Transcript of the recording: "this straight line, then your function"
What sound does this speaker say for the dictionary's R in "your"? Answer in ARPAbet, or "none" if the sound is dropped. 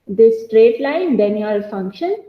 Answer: L